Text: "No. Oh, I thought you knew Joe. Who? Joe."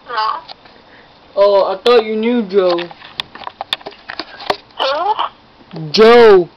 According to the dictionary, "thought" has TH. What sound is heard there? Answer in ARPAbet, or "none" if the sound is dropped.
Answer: T